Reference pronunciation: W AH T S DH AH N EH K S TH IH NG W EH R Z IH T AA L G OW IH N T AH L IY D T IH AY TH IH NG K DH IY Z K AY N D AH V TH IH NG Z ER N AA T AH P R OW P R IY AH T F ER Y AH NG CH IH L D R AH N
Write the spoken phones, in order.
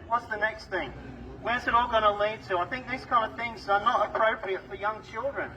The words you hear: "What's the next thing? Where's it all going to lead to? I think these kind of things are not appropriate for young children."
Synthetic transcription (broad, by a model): W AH T S DH AH N EH K S TH IH NG W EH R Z IH T AA L G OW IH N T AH L IY D T IH AY TH IH NG K DH IY Z K AY N D AH V TH IH NG Z ER N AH T AH P R OW P R IY AH T F ER Y AH NG CH IH L D R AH N